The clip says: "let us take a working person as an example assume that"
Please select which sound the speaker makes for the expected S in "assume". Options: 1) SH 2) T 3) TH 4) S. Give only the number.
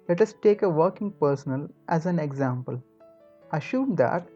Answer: 1